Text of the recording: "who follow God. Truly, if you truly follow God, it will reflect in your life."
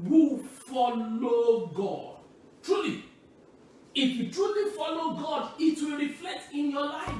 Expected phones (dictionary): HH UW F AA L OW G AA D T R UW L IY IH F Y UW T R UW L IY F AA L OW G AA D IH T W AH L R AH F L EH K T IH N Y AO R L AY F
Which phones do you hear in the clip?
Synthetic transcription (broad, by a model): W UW F AA L OW G AA D T R UW L IY IH F Y UW T R UW L IY F AA L OW G AA D IH T W AH L R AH F L EH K T IH N Y AO L AY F